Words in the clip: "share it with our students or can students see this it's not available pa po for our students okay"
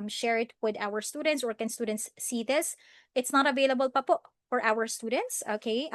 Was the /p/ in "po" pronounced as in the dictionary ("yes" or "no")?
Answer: yes